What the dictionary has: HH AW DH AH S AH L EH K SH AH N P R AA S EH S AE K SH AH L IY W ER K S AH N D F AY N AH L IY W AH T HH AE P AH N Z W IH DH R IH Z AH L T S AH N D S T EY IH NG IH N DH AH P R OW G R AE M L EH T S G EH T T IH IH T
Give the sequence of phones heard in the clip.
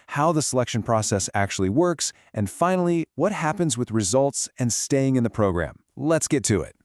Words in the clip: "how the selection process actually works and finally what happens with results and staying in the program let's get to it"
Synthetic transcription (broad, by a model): HH AW DH AH S AH L EH K SH AH N P R AA S EH S AE K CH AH L IY W ER K S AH N F AY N L IY W AH T HH AE P AH N Z W IH DH R IH Z AH L T S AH N S T EY IH NG IH N DH AH P R OW G R AE M L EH T S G EH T T IH IH T